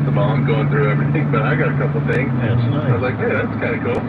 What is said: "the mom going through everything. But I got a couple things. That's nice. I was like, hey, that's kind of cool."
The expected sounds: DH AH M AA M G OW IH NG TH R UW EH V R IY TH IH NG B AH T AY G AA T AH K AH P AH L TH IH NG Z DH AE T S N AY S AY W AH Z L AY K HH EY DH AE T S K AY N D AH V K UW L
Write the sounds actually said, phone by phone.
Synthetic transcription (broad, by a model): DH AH M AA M G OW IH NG TH R UW EH V R IY TH IH NG B AH T AY G AA T AH K AH P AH TH IH NG Z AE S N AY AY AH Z L AY K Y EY DH AE T S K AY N AH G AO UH